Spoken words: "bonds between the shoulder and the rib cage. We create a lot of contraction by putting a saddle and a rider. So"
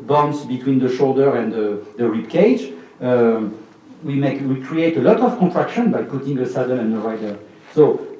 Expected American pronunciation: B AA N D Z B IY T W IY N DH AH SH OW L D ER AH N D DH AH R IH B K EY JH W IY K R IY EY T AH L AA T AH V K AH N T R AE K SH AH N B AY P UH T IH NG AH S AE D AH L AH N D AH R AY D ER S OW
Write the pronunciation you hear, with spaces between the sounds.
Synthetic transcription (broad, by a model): B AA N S B IY T W IY N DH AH SH OW L D ER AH N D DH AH R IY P K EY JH W IY K R IY EY T AH L AA T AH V K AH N T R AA K SH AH N B AY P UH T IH NG AH S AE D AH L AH N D AH R AY D ER S OW